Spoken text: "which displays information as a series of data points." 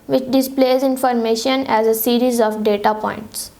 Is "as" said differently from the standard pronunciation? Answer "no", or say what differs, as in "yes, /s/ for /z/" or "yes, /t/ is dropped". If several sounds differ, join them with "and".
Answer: no